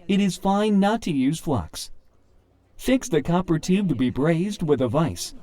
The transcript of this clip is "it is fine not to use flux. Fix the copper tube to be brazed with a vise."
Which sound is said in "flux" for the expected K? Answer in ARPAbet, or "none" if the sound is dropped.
K